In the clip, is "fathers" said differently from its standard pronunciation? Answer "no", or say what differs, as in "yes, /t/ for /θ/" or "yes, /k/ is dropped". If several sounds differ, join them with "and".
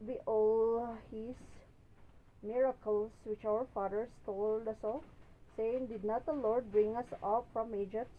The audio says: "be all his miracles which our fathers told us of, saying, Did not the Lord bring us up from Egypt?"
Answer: yes, /s/ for /z/